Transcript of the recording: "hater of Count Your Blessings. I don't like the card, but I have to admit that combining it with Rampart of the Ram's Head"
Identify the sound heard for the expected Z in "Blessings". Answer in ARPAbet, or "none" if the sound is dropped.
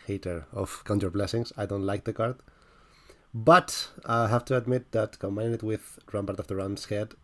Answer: S